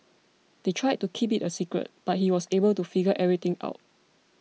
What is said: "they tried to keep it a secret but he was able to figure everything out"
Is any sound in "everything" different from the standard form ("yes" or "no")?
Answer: yes